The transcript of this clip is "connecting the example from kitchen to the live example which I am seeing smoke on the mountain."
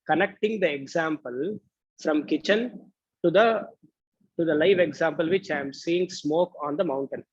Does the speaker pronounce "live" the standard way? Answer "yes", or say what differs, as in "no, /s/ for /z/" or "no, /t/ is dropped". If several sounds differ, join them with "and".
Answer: yes